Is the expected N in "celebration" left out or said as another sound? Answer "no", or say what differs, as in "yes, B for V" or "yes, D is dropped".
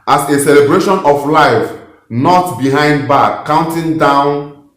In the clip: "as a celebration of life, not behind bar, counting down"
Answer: no